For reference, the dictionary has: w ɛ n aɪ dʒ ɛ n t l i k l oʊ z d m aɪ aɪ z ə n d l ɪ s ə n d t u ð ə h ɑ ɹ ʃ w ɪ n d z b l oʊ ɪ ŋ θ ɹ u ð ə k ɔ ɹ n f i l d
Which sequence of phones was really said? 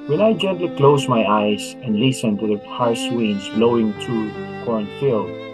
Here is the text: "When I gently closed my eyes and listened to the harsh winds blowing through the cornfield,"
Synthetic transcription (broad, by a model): w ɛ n aɪ dʒ ɛ n t l i k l oʊ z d m aɪ aɪ z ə n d l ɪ s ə n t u ð ə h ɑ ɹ s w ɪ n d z b l oʊ ɪ ŋ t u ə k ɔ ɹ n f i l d